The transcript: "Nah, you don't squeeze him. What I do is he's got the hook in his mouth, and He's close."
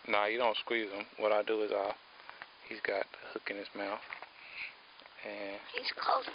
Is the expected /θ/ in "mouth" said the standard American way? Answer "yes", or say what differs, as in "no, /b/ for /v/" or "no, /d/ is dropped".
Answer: yes